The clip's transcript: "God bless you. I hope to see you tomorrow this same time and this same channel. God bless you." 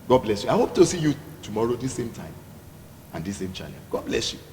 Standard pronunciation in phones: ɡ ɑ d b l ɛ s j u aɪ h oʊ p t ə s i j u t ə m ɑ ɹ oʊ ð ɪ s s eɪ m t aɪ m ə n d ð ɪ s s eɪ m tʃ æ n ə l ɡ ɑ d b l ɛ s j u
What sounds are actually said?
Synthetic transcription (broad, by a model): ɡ ɑ d b l ɛ s j u aɪ h oʊ p t ə s i j u t ə m ɑ ɹ oʊ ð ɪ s s eɪ m t aɪ m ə n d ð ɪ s s eɪ m tʃ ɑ l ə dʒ ɡ ɑ d b l ɛ s j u